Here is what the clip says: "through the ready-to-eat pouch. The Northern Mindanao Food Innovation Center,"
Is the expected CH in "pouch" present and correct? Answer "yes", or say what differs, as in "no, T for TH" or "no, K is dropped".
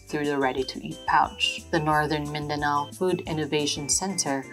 yes